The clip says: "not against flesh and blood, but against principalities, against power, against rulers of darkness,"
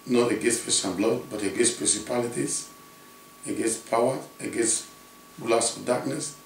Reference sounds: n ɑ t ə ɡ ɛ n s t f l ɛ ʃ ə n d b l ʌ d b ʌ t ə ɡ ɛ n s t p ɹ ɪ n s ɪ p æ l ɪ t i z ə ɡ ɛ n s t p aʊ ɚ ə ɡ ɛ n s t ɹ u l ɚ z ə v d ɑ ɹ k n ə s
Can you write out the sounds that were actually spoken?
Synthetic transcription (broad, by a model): n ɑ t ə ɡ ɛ s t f ɛ s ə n b l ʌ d b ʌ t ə ɡ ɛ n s p ɹ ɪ n s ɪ p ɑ l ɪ t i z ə ɡ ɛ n s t p aʊ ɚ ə ɡ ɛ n s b l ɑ s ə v d ɑ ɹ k n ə s